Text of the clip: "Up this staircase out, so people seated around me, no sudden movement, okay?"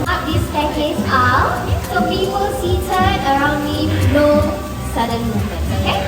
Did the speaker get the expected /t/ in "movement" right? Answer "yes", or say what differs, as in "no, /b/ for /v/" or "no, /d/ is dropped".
no, /t/ is dropped